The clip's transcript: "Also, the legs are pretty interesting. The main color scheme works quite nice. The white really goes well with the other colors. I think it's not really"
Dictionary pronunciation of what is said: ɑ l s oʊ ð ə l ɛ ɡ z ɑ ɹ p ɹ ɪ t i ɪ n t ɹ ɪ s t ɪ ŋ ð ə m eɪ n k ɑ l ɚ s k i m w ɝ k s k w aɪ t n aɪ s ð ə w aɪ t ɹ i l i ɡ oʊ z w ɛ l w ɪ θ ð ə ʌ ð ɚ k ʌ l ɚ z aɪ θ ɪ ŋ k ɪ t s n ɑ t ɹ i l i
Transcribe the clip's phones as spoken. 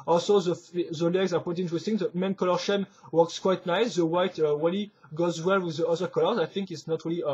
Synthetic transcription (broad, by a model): ɑ l s oʊ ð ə l ɛ ɡ z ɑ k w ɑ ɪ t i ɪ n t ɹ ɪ s t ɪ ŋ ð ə m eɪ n k ɑ l ɚ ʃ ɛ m w ɝ k s k w aɪ t n aɪ s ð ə w aɪ t w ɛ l i ɡ oʊ z w ɛ l w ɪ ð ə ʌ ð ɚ k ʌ l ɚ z aɪ θ ɪ ŋ k ɪ t s n ɑ t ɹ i l i